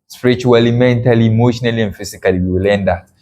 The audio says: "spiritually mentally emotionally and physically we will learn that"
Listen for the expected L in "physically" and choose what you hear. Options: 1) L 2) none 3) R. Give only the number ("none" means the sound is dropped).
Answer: 2